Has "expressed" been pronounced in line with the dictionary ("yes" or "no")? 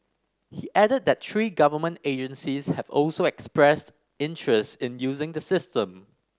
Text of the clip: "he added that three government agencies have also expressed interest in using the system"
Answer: yes